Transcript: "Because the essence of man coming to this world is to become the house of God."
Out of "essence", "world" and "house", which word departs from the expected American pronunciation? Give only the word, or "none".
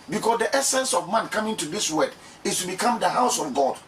world